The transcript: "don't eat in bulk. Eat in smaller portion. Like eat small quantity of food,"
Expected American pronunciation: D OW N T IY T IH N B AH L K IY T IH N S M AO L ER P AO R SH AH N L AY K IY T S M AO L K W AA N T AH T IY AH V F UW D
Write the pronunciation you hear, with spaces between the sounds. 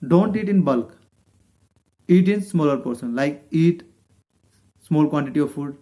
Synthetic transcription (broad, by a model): D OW N T IY T IH N B AH L K IY T IH N S M AO L ER P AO R S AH N L AY K IY T S M AO L K W AA N T AH T IY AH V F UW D